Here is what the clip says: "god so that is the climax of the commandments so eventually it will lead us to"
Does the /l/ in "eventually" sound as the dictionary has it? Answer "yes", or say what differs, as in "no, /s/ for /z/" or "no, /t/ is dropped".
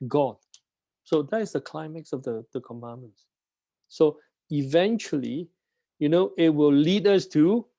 no, /n/ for /l/